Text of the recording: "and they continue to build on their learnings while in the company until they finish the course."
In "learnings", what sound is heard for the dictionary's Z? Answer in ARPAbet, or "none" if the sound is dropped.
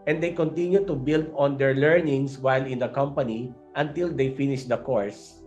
S